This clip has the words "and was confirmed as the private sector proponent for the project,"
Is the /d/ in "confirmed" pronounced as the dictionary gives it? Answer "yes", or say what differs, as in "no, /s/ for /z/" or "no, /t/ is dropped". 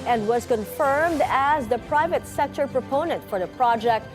yes